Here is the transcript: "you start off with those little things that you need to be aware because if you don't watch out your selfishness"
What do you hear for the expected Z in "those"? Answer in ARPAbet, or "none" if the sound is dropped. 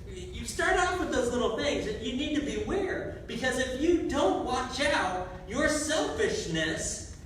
Z